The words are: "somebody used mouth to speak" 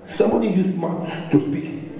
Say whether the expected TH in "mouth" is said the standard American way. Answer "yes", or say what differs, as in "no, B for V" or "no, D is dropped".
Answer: no, S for TH